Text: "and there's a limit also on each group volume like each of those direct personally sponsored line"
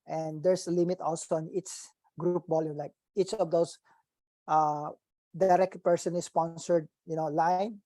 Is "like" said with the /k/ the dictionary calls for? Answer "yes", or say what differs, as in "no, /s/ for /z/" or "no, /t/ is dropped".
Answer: yes